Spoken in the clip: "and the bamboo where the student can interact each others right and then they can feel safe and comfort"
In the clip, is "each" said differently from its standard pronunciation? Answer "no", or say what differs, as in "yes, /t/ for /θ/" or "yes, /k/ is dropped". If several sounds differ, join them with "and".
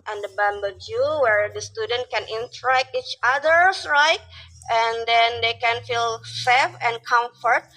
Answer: no